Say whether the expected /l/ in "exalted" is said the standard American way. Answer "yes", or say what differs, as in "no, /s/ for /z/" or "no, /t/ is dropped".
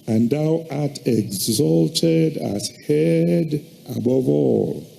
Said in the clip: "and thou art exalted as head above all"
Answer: yes